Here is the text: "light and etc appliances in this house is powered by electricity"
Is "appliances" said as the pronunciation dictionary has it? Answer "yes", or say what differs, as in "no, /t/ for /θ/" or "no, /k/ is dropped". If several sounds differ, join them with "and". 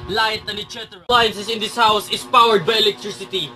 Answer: no, /p/ is dropped